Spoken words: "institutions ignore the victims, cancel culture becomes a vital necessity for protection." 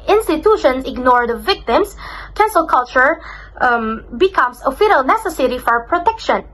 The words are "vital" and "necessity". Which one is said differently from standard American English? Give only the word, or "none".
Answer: vital